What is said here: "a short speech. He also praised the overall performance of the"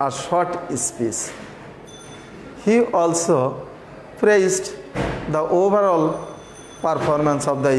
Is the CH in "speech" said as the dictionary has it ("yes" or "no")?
no